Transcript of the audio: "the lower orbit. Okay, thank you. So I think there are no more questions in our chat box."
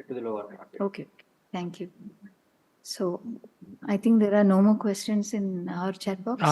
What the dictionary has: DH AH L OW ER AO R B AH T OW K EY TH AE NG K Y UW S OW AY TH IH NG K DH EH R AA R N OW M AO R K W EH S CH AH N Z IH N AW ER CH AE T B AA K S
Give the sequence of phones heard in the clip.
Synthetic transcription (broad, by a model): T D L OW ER AO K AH OW K EY T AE NG K Y UW S OW AY T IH NG K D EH R AA R N OW M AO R K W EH S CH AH N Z IH N AW ER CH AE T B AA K